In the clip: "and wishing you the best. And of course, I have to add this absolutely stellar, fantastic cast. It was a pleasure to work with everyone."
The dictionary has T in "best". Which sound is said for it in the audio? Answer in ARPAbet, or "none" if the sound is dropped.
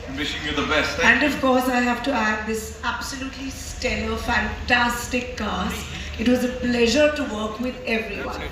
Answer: none